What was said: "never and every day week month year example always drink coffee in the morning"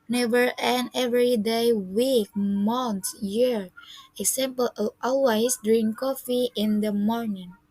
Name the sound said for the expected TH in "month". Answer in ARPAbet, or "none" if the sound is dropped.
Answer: T